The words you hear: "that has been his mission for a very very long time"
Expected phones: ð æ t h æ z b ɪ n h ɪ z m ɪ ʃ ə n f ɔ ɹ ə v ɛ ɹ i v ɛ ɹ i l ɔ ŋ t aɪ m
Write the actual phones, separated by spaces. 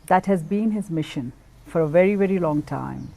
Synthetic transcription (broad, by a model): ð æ t h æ z b ɪ n h ɪ z m ɪ ʃ ə n f ɔ ɹ ə v ɛ ɹ i v ɛ ɹ i l ɔ ŋ t aɪ m